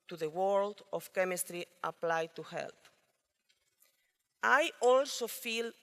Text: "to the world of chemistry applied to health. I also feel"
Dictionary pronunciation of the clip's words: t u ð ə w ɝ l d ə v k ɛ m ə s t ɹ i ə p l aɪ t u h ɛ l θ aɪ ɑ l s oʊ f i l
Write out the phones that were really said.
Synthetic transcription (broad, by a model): t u ð ə w ɝ l d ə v k ɛ m ə s t ɹ i ə p l aɪ t u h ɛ l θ aɪ ɑ l s oʊ f i l